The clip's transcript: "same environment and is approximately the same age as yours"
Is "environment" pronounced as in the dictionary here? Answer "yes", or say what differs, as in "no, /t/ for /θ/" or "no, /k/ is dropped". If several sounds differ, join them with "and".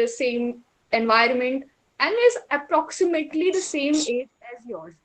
yes